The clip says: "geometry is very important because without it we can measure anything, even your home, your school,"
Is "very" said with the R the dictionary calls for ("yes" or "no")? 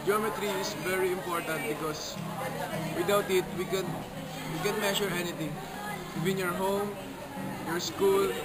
yes